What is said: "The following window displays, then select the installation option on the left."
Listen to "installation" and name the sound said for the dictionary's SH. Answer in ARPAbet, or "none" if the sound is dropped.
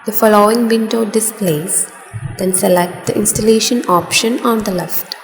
SH